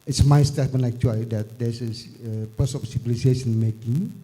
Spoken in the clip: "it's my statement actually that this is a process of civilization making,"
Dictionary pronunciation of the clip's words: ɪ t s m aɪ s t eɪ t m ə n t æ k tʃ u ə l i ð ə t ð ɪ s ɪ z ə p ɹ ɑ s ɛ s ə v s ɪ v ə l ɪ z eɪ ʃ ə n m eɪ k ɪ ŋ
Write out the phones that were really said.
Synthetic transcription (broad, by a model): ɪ t s m aɪ s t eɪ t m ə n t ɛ k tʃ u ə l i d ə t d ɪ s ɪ s ə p ɑ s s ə p s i b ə l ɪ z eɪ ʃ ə n m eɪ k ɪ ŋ